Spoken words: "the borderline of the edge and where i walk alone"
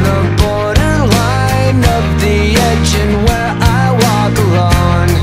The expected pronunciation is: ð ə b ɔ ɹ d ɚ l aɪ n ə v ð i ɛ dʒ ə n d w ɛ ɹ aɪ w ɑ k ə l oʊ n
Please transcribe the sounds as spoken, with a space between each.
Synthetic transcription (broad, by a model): ð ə b ɔ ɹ d ɚ l aɪ n ə p ð i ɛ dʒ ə n w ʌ ɹ aɪ w ɑ k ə l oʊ n